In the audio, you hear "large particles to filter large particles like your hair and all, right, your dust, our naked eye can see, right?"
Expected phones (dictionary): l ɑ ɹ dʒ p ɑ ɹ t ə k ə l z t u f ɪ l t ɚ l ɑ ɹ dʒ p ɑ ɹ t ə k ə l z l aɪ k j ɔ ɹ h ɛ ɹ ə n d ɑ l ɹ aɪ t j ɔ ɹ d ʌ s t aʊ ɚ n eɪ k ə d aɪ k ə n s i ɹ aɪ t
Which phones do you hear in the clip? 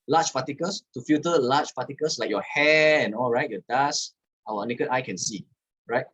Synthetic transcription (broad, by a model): l ɑ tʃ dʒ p ɑ t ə k ə l s t u f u t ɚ l ɑ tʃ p ɑ t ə k ə l s l aɪ k j ɔ h ɛ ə n ɑ l ɹ aɪ t j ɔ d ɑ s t aʊ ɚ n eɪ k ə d aɪ k ə n s i ɹ aɪ t